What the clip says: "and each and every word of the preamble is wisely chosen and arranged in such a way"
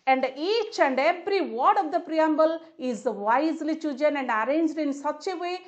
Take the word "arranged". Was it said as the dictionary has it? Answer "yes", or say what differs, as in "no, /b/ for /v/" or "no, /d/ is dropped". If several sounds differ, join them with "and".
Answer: yes